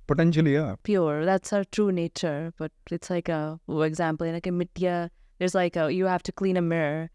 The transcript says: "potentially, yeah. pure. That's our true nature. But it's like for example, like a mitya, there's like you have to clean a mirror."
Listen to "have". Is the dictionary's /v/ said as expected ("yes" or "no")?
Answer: no